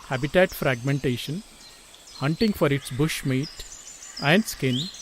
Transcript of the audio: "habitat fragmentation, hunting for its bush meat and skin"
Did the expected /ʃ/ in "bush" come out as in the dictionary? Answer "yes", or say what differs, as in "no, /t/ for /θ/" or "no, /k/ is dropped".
yes